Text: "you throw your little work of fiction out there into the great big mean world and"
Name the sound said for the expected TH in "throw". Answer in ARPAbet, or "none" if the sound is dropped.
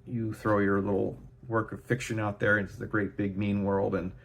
TH